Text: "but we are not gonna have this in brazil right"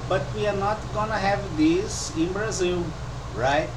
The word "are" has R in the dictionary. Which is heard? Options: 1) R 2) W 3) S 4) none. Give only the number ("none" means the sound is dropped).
1